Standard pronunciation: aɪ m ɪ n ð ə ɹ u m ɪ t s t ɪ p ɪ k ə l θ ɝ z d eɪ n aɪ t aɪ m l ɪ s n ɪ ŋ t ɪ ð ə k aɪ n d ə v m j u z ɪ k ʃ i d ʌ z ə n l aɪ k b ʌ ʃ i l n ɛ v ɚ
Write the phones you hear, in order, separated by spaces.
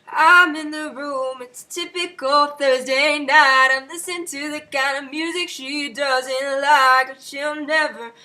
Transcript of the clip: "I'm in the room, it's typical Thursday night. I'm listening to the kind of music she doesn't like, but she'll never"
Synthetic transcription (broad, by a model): aɪ m ɪ n ð ə ɹ u m ɪ t s t ɪ p ɪ k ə l θ ɝ z d eɪ n aɪ t aɪ m l ɪ s ɪ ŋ t ɪ ð ə k aɪ n d ə v m j u z ɪ k ʃ i d ʌ z ə n l aɪ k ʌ ʃ i l n ɛ v ɚ